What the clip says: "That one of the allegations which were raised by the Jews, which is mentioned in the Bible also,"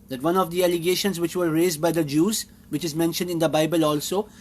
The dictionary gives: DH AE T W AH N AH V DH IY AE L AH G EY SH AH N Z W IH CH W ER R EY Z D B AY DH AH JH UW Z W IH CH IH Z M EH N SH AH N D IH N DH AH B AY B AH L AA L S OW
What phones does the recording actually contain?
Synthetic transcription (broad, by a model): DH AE T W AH N AH V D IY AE L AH G EY SH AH N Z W IH CH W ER R EY Z D B AY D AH JH UW Z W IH CH IH Z M EH N SH AH N D IH N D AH B AY B AH L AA L S OW